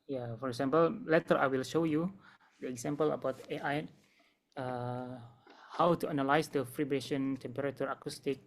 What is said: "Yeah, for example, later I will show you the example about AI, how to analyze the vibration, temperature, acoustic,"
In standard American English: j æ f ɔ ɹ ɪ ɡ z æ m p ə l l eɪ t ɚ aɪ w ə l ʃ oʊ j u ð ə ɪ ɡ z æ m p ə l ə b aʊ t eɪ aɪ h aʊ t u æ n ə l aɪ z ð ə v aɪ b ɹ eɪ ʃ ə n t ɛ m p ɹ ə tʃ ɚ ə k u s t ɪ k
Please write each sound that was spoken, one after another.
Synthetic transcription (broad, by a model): j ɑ f ɔ ɹ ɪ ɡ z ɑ m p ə l l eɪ t ɚ aɪ w ə l ʃ oʊ j u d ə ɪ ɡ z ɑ m p ə l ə b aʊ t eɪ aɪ h aʊ t u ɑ n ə l aɪ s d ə f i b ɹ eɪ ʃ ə n t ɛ m p ɹ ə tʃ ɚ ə k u s t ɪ k